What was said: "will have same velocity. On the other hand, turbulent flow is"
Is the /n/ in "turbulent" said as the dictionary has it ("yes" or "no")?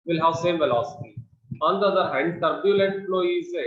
no